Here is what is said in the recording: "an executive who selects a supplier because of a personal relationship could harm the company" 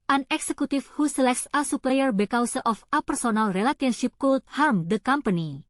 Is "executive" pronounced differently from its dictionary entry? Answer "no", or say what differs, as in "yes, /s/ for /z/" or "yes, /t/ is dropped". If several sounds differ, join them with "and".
yes, /f/ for /v/